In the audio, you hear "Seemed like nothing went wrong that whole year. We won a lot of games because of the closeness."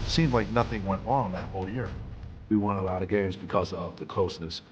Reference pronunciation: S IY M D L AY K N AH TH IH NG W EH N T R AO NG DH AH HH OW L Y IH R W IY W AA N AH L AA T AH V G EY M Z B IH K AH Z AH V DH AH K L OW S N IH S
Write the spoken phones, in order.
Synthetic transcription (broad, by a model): S IY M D L AY K N AH TH IH NG W EH N T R AO NG DH AH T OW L Y IH R W IY W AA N AH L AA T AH G EY M Z B IH K AH Z AH V DH AH K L OW S N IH S